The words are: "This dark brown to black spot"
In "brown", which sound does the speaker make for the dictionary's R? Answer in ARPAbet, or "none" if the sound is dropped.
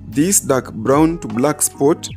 R